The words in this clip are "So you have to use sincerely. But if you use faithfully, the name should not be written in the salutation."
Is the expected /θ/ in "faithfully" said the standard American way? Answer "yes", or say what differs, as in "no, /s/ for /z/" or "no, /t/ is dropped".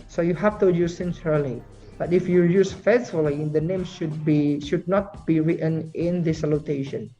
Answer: no, /s/ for /θ/